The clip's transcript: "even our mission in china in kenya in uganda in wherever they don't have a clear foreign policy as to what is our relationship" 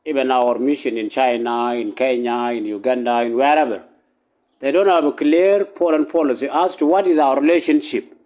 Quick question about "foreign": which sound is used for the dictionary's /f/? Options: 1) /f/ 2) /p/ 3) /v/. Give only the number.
2